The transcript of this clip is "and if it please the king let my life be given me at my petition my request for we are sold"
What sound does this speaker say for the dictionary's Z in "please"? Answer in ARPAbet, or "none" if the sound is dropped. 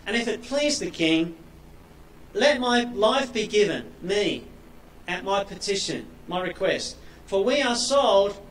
Z